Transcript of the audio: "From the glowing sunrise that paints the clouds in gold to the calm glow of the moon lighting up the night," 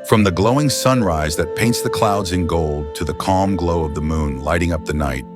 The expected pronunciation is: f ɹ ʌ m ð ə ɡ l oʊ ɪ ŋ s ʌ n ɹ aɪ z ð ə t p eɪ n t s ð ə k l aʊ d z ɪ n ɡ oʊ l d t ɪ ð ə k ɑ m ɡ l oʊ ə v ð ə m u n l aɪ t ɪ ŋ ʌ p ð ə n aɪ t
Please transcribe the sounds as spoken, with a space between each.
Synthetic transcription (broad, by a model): f ɹ ʌ m ð ə ɡ l oʊ ɪ ŋ s ʌ n ɹ aɪ z ð ə t p eɪ n t s ð ə k l aʊ d z ɪ n ɡ oʊ l d t ɪ ð ə k ɑ m ɡ l oʊ ə v ð ə m u n l aɪ t ɪ ŋ ʌ p ð ə n aɪ t